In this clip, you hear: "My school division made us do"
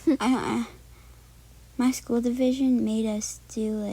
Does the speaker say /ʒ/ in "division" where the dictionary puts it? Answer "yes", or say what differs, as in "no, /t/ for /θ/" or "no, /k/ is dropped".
yes